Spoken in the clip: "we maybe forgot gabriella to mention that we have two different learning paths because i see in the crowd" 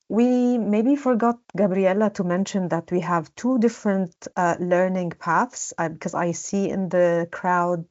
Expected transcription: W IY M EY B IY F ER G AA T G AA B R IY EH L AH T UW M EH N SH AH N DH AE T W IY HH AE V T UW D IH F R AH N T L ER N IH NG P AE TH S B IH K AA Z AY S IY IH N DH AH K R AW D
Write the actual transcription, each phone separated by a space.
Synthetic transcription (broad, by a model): W IY M EY B IY F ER G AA T G AA B R IY EH L AH T UW M EH N SH AH N DH AE T W IY HH AE V T UW D IH F R AH N T L ER N IH NG P AE TH S B IH K AA Z AY S IY IH N DH AH K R AW D